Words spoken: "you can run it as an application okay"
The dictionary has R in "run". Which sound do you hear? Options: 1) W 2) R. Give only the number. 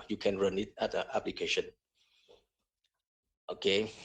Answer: 2